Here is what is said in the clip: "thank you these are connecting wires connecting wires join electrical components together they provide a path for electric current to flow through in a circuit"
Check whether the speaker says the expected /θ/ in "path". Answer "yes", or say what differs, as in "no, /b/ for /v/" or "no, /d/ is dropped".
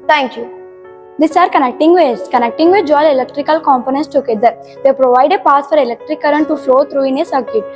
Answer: no, /s/ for /θ/